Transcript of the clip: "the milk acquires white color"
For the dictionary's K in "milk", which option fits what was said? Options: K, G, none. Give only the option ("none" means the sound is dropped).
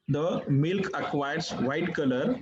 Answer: K